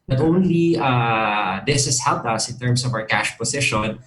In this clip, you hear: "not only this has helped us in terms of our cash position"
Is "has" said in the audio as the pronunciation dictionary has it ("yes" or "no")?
no